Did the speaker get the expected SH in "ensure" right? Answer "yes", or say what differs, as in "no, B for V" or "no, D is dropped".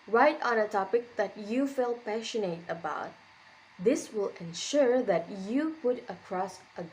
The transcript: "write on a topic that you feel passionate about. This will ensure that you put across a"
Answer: yes